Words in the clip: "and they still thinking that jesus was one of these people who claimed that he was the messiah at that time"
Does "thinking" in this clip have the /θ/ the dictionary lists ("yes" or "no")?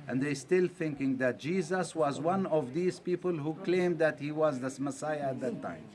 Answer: yes